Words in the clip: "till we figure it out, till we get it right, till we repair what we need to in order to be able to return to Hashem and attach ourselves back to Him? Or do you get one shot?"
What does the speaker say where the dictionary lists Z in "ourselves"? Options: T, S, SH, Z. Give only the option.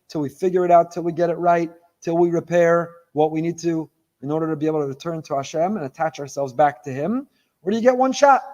Z